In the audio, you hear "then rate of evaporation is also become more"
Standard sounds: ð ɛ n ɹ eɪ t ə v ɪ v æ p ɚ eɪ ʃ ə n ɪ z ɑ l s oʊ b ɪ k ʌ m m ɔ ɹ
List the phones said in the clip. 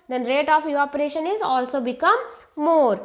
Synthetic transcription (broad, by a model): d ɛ n ɹ eɪ t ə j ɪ ɔ p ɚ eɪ ʃ ə n ɪ z ɑ l s oʊ b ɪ k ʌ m m ɔ ɹ